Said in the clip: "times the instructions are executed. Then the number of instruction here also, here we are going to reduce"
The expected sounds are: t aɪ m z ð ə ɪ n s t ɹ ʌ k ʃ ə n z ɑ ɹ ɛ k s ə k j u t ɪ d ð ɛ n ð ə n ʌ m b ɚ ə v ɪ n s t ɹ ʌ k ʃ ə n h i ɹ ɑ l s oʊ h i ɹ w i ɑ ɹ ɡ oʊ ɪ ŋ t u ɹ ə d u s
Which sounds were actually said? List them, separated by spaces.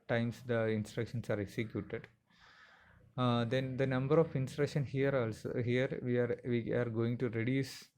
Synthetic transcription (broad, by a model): t aɪ m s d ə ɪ n s t ɹ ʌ k ʃ ə n s ɑ ɹ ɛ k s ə k j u t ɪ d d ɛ n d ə n ʌ m b ɚ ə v ɪ n s t ɹ ʌ k ʃ ə n h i ɹ ɑ l s oʊ h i ɹ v i ɑ ɹ ɡ oʊ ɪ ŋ t u ɹ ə d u s